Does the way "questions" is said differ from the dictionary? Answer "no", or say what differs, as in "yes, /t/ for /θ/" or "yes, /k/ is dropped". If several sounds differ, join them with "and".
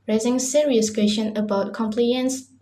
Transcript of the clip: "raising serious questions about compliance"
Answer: yes, /z/ is dropped